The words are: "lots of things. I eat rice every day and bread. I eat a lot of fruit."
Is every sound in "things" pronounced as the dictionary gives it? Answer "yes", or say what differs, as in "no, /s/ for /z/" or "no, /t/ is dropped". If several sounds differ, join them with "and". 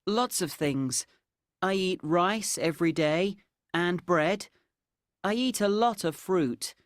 yes